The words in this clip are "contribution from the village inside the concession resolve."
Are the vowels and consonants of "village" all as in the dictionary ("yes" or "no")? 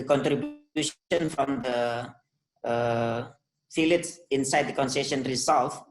no